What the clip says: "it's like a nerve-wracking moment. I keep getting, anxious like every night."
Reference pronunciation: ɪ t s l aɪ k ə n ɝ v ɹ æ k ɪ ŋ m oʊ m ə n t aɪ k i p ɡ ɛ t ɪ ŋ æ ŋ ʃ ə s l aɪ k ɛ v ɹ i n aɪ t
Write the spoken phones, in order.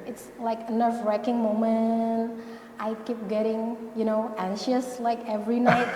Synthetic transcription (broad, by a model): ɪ t s l aɪ k ə n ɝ f ɹ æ k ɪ ŋ m oʊ m ə n t aɪ k i p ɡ ɛ t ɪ ŋ æ ŋ ʃ ə s l aɪ k ɛ v ɹ i n aɪ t